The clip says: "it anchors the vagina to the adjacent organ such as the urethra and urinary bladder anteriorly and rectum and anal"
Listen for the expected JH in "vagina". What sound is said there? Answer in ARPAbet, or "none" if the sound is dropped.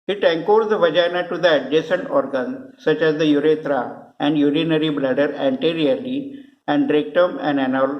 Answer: JH